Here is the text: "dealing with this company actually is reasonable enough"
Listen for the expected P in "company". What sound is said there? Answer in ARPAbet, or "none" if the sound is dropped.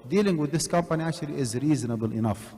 P